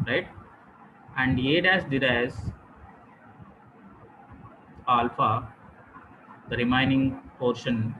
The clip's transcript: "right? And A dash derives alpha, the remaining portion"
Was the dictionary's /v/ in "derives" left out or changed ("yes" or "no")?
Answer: yes